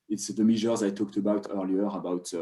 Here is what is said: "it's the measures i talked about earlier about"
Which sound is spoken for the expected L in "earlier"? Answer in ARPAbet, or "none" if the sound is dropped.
L